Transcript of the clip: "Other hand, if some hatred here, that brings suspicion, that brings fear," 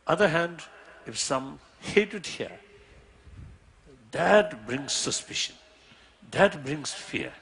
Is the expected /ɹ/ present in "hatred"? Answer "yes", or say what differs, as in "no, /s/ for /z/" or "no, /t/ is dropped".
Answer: no, /ɹ/ is dropped